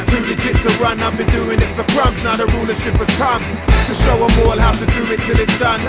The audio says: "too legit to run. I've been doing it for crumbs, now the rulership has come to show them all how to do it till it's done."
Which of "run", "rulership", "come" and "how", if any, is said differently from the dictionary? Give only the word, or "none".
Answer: none